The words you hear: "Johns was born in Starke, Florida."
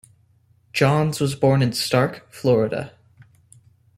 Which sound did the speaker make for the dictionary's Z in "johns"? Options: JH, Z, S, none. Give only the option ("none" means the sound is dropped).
Z